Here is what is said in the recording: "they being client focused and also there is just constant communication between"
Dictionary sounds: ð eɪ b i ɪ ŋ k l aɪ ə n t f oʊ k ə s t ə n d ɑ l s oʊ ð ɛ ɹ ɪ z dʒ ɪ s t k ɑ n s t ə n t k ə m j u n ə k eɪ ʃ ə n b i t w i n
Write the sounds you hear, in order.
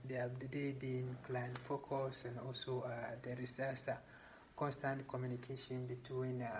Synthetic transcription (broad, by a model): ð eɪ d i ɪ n k l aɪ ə n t f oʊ k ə s ə n d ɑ l s oʊ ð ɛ ɹ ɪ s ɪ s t k ɑ n s t ə n t k ə m j u n ə k eɪ ʃ ə n b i t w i n